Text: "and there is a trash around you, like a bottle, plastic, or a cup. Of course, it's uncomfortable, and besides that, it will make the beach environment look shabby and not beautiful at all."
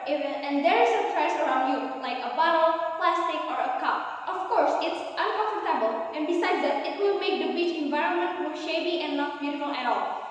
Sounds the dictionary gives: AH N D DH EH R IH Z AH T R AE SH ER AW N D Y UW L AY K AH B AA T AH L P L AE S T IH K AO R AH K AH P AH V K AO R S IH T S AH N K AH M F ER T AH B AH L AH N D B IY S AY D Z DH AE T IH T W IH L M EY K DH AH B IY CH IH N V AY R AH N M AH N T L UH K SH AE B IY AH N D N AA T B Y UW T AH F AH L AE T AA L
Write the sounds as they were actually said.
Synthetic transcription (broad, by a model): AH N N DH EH R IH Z AH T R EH S ER AW N D Y UW L AY K AH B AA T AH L P L AE S T IH K AO R AH K AH P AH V K AO R S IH T S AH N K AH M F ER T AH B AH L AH N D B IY S AY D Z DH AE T IH T W IH L M EY K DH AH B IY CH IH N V AY R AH N M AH N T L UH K SH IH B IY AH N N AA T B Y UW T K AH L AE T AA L